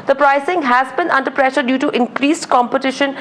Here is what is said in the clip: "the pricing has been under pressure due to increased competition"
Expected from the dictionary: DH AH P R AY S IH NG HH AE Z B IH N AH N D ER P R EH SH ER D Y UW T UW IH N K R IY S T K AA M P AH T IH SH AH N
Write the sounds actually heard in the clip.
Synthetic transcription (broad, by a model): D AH P R AY S IH NG HH AE Z B IH N AH N D ER P R EH SH ER D Y UW T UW IH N K R IY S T K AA M P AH T IH SH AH N